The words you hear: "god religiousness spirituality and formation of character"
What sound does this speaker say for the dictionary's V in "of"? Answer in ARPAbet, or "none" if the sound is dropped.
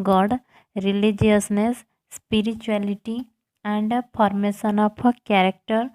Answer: P